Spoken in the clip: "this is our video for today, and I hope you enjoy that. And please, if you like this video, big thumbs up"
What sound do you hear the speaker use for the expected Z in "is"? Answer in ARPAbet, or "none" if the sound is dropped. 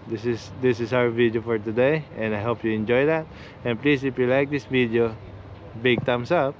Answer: S